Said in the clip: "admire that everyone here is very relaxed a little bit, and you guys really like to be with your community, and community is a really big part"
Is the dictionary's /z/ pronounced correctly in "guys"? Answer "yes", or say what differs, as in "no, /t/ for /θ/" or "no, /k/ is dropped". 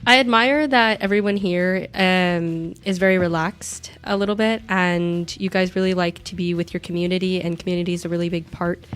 yes